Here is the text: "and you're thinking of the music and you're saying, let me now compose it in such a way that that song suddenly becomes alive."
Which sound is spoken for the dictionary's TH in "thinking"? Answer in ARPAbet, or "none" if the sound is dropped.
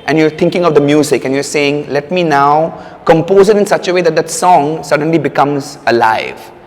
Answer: T